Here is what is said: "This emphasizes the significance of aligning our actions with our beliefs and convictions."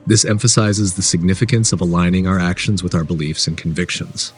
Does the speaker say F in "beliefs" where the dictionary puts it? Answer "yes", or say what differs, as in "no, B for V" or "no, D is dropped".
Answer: yes